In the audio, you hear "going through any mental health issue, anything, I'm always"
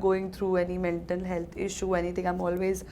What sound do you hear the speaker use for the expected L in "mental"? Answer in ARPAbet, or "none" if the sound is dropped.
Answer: N